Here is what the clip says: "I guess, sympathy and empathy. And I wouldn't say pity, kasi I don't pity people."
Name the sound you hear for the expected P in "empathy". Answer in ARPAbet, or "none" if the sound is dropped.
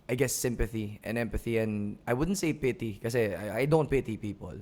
P